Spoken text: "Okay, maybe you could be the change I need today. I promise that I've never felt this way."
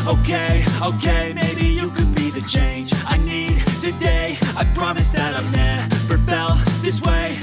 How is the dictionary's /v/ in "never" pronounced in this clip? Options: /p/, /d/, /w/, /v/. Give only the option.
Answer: /p/